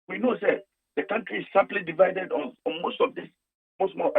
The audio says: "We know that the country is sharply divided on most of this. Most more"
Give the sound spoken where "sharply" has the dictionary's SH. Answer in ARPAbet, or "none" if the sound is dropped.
S